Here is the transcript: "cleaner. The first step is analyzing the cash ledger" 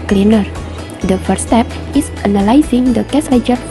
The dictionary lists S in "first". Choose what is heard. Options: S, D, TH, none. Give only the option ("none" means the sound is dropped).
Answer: none